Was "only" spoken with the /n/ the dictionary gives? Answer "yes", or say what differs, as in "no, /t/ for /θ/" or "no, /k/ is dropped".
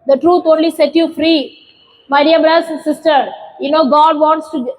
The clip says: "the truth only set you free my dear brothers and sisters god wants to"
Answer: yes